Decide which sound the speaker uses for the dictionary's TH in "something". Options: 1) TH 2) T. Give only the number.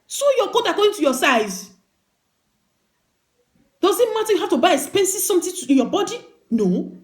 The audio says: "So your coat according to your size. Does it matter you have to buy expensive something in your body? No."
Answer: 2